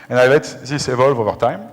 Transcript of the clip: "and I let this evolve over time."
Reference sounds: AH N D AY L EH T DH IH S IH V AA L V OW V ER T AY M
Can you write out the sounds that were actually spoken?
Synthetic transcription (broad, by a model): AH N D AY L EH T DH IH S IH V AA L V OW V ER T AY M